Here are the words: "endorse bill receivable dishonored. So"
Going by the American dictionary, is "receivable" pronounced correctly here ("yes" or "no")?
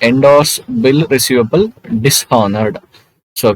yes